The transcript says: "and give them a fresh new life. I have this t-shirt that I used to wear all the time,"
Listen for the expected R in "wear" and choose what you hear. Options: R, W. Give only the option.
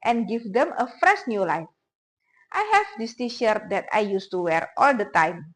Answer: R